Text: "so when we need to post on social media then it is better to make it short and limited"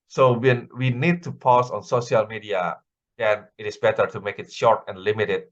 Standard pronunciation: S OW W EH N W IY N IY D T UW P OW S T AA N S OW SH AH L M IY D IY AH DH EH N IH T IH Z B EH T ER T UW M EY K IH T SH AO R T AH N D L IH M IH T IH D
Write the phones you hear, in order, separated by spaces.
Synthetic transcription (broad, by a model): S OW W EH N W IY N IY D T UW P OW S AA N S OW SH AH L M IY D IY AH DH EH N IH T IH S B EH T ER T UW M EY K IH T SH AO R T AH N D L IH M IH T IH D